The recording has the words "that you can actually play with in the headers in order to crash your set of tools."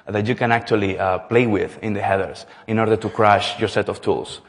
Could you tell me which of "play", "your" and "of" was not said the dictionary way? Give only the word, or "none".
of